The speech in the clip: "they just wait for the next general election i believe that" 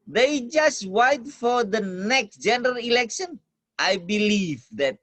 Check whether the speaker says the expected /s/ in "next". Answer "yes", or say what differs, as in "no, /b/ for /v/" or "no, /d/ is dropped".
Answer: yes